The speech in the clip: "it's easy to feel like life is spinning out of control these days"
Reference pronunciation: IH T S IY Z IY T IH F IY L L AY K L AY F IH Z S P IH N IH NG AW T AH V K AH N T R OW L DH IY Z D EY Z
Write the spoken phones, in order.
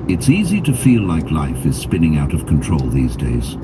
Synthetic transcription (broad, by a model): IH T S IY Z IY T IH F IY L L AY K L AY F IH Z S P IH N IH NG AW T AH V K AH N T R OW L DH IY Z D EY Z